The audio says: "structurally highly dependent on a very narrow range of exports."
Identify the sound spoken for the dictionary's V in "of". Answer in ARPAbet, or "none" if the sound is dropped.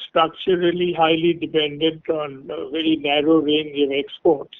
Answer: V